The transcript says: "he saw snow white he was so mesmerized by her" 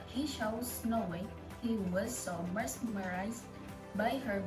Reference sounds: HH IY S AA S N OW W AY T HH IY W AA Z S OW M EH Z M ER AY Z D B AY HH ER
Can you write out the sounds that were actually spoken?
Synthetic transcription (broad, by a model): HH IY SH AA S N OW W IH HH IY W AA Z S OW M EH S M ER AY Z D B AY HH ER